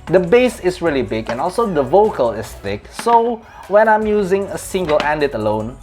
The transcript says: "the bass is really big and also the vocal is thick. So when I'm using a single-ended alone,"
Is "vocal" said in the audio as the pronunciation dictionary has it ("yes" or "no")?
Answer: yes